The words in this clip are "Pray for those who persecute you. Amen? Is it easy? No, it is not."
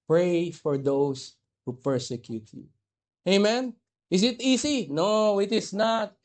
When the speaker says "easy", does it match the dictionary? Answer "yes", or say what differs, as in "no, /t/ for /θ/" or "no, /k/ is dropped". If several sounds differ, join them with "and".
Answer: no, /s/ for /z/